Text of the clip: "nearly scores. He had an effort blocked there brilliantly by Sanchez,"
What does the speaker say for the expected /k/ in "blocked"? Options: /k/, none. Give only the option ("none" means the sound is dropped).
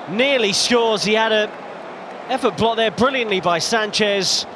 none